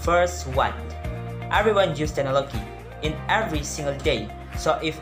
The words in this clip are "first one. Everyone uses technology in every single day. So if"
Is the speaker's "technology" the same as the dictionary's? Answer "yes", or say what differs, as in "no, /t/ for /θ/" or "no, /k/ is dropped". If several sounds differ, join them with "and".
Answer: no, /k/ is dropped